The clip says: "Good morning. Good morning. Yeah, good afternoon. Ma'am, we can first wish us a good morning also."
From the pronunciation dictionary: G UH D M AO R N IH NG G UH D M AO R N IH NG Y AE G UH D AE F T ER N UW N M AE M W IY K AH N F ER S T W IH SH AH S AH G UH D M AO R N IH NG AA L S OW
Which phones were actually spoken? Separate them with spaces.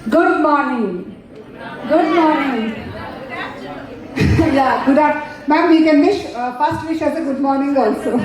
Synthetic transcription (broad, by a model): G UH D M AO R N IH NG G UH D M AO R N IH NG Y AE G UH D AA T M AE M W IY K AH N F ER S T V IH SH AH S AH G UH D M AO R N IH NG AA L S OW